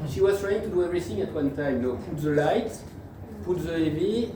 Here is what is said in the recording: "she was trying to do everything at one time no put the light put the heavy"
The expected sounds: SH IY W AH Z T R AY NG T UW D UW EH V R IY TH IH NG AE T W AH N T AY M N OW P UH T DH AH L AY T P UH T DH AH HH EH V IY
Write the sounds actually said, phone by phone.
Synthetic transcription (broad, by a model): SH IY W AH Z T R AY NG T UW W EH R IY S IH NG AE T W AH N T AY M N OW P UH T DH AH L AY T P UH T DH AH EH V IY